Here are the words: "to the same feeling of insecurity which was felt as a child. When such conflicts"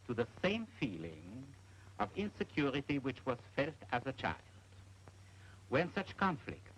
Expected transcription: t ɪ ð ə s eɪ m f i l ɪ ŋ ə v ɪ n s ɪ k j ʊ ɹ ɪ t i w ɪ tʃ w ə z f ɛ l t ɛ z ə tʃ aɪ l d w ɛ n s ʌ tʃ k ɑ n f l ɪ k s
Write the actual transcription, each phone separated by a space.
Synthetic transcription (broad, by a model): t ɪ ð ə s eɪ m f i l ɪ ŋ ə v ɪ n s ɪ k j ʊ ɹ ɪ t i w ɪ tʃ w ə z f ɛ l t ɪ z ə tʃ aɪ l d w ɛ n s ʌ tʃ k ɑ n f l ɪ k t